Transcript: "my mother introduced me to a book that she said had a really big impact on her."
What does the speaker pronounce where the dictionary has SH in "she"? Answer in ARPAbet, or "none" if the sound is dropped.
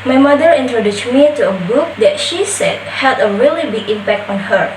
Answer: SH